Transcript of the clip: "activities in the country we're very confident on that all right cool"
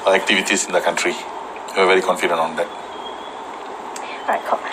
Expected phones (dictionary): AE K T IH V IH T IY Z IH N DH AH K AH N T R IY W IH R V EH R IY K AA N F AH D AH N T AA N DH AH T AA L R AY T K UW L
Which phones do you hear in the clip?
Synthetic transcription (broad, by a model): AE K T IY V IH T IY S IH N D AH K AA N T R IY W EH W V EH R IY K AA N F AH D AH N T AA N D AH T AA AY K